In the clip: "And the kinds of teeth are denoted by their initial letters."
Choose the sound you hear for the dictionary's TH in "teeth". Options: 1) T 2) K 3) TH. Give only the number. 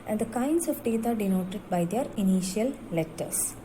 1